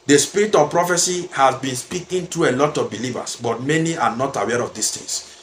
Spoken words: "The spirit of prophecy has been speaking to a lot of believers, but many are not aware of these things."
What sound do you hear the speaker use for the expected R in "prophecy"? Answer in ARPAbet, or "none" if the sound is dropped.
R